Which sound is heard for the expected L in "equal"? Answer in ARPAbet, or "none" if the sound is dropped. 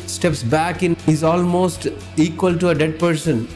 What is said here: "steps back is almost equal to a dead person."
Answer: L